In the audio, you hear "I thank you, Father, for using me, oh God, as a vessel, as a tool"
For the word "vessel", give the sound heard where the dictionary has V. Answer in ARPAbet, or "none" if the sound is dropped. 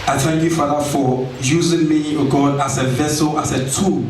V